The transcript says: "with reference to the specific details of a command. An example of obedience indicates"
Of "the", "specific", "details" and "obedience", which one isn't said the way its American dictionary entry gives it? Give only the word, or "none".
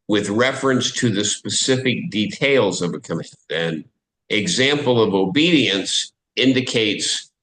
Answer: none